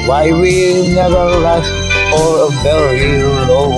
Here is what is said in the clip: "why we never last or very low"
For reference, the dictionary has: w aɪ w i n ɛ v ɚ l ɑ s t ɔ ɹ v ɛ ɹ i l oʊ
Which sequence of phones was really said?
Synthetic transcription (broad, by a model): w aɪ w i n ɛ v ɚ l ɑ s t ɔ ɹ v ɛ l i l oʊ